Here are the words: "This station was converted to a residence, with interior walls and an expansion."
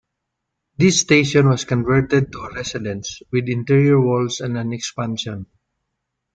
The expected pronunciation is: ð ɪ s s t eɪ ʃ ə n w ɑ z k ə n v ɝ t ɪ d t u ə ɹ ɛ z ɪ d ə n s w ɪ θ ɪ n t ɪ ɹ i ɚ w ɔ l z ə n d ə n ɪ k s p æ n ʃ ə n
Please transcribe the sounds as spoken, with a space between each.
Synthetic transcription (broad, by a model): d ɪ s s t eɪ ʃ ə n w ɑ s k ə n v ɝ t ɪ d t u ə ɹ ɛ s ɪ d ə n s w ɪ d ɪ n t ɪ ɹ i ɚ w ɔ l s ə n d ə n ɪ k s p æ n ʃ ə n